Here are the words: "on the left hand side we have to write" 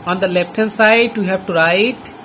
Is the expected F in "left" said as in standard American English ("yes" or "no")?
no